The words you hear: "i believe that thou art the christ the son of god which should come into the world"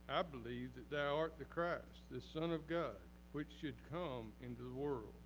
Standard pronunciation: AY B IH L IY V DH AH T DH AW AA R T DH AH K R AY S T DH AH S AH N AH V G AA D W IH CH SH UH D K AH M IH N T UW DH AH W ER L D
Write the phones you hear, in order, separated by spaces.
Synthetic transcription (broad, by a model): AY B IH L IY V DH AH T DH AW AA R T DH AH K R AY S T DH AH S AH N AH V G AA D W IH CH SH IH D K AH M IH N T UW DH AH W ER L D